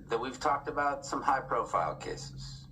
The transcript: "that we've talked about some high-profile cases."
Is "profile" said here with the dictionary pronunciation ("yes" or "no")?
yes